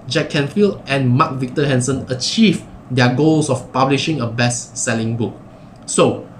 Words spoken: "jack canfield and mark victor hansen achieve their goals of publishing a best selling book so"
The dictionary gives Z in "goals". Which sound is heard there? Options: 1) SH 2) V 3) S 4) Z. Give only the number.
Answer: 3